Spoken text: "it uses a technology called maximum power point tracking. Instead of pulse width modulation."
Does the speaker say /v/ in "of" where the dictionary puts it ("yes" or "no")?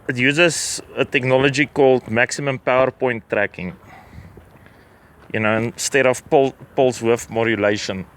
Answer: no